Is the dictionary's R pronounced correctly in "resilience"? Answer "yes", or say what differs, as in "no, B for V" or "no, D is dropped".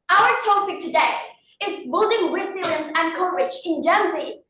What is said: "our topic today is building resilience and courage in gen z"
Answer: no, W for R